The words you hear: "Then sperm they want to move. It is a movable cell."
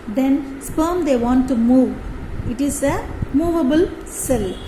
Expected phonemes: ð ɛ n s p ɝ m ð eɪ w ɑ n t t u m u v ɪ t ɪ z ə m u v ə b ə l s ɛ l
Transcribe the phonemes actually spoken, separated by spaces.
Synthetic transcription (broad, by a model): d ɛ n s p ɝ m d eɪ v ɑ n t t u m u v ɪ t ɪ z ə m u v ə b ə l s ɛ l